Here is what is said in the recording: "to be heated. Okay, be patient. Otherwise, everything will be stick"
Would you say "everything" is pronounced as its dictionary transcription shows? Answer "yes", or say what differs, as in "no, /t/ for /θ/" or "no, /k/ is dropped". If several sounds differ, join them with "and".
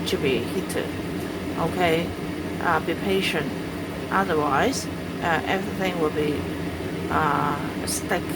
yes